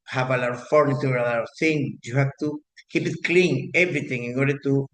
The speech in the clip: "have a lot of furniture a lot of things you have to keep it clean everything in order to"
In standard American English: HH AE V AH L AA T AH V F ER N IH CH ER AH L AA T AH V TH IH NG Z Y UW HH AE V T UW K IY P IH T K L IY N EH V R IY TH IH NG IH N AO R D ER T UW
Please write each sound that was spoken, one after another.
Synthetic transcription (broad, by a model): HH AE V AH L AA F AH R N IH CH AH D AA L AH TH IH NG Y UW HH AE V T UW K IY P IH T K L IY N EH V R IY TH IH NG IH N AO R D ER T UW